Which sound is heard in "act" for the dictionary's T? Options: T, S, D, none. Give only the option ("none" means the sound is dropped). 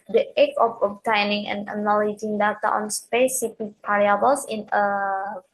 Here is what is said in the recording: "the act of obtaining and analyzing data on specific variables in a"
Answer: none